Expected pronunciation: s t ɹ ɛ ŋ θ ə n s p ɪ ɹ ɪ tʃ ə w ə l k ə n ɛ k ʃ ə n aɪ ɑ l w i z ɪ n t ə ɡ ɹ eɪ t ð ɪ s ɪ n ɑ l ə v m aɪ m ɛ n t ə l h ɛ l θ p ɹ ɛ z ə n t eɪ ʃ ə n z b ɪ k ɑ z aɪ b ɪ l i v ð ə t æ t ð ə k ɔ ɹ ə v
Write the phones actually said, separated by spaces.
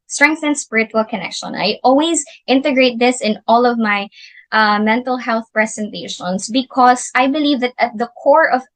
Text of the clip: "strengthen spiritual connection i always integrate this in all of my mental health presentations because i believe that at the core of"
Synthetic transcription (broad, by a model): s t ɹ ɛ ŋ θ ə n s p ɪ ɹ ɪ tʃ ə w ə l k ə n ɛ k ʃ ə n aɪ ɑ l w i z ɪ n t ə ɡ ɹ eɪ t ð ɪ s ɪ n ɑ l ə v m aɪ m ɛ n t ə l h ɛ l θ p ɹ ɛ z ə n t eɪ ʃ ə n s b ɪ k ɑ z aɪ b ɪ l i v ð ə t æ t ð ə k ɔ ɹ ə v